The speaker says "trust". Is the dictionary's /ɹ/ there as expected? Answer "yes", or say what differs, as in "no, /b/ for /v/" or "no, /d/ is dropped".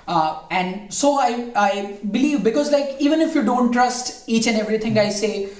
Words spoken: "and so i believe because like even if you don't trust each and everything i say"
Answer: yes